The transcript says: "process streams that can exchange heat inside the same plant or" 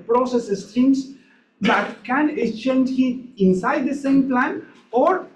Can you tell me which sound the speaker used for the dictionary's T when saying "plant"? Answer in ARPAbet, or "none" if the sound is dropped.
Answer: none